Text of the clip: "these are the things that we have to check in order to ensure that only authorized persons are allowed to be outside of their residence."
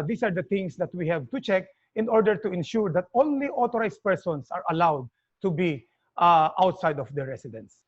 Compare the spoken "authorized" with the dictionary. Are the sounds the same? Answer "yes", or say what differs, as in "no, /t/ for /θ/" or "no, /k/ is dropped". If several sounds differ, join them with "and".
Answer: no, /t/ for /θ/